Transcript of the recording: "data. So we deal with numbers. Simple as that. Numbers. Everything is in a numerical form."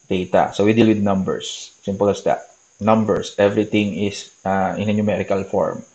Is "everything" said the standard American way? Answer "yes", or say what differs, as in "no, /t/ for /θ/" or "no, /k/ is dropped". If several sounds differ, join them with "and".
no, /t/ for /θ/